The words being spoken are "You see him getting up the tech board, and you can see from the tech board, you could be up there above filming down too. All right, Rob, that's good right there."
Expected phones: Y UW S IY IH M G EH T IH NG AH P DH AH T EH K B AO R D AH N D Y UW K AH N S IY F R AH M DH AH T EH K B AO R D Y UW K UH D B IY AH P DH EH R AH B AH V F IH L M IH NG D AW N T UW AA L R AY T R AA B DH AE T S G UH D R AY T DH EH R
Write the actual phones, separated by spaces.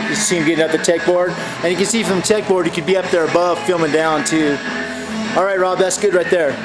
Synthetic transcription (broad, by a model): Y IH S IY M G EH T IH NG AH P DH AH T EH K B AO R D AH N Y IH K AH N S IY F R AH M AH T EH K B AO R D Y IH K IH D B IY AH P DH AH R AH B AH V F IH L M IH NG D AW N T UW AA L R AY T R AA B DH AE T S G UH D R AY T DH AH R